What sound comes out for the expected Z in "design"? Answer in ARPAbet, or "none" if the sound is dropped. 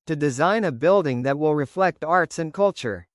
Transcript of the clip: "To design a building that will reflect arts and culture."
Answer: Z